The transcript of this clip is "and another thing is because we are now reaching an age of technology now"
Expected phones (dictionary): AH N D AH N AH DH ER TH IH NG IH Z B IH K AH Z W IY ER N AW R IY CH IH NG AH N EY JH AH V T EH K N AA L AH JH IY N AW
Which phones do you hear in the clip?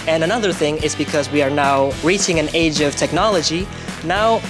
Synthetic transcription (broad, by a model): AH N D AH N AH DH ER TH IH NG IH Z B IH K AH Z W IY ER N AW R IY CH IH NG AH N EY JH AH V T EH K N AA L AH JH IY N AW